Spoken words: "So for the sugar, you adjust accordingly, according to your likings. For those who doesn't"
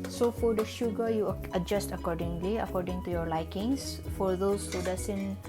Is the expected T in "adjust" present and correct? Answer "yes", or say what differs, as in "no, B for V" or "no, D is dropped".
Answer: yes